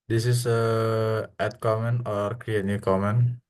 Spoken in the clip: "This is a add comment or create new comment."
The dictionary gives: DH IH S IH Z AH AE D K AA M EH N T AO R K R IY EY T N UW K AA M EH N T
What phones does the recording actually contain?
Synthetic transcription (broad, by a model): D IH S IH S AH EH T K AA M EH N AO R K R IY EY T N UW K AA M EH N